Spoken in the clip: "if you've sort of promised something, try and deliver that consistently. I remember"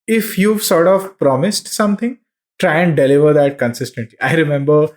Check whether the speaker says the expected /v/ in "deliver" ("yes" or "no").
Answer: yes